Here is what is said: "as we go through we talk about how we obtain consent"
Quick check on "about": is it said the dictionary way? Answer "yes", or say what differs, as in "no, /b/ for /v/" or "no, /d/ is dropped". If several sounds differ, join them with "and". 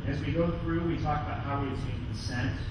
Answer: yes